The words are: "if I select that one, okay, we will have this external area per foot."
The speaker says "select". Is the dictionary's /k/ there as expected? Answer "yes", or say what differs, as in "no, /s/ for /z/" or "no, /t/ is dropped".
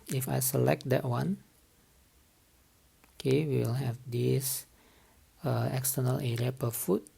yes